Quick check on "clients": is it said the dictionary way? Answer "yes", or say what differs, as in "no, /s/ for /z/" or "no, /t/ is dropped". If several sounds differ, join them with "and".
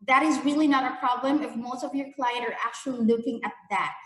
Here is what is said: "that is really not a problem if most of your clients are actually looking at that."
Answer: no, /s/ is dropped